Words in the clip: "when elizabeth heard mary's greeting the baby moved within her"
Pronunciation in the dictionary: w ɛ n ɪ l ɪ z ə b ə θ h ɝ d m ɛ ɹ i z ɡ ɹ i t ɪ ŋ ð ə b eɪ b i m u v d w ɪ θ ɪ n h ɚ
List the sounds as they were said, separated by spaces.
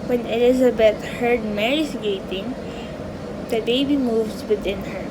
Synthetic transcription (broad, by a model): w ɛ n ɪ l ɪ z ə b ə t h ɝ d m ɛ ɹ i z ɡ i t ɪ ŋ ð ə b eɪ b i m u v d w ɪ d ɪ n h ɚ